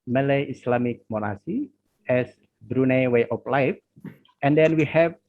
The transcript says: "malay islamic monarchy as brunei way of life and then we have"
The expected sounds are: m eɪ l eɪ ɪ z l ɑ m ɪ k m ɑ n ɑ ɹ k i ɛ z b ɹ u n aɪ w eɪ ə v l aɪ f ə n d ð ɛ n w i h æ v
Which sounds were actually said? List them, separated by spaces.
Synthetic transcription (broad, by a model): m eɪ l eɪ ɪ s l ɑ m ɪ k m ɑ n ɑ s i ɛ s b ɹ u n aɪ w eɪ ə p l aɪ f ə n d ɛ n w i h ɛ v